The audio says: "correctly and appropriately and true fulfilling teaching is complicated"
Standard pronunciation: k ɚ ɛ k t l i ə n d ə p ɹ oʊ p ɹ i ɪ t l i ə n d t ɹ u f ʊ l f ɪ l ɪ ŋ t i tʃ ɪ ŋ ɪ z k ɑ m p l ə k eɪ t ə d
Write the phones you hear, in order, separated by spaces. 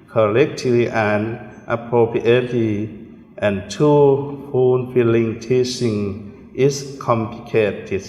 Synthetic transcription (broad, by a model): k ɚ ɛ k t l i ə n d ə p ɹ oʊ p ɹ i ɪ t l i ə n t u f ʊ n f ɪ l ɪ ŋ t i s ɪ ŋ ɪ s k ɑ m p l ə k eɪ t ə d